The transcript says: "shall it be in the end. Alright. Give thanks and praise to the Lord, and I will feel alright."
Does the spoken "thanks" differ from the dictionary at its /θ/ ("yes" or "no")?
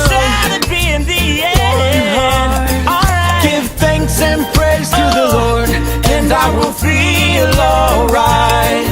no